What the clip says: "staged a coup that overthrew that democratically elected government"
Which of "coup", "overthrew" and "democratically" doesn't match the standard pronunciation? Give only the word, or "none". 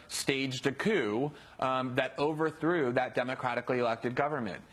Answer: none